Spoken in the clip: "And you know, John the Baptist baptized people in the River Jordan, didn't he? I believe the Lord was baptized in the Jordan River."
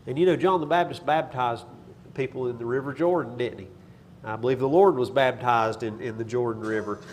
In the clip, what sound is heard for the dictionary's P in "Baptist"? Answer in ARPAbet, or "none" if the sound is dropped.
B